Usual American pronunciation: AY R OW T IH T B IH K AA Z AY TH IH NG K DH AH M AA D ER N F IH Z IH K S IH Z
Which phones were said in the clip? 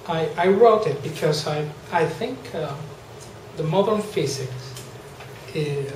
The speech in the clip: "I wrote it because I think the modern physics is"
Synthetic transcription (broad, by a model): AY R OW T IH T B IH K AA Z AY TH IH NG K DH AH M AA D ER N F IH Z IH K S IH